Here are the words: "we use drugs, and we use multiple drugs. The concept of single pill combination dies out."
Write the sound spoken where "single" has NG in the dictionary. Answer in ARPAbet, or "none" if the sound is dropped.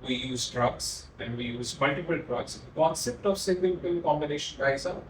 none